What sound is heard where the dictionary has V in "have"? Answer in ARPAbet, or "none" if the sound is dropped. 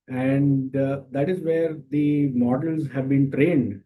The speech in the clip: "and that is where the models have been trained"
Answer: V